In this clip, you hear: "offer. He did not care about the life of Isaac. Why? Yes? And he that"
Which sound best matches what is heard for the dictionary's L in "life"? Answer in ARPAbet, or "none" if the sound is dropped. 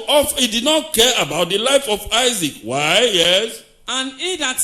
L